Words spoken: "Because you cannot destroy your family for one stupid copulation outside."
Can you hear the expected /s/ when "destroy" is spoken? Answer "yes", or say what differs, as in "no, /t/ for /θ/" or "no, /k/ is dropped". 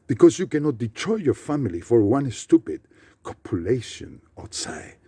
no, /s/ is dropped